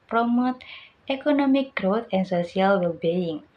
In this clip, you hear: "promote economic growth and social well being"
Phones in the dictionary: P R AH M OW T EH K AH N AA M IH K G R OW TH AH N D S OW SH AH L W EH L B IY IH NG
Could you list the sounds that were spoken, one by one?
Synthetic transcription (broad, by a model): P R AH M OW T EH K AH N AA M IH K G R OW T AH N S OW S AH L W EH L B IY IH NG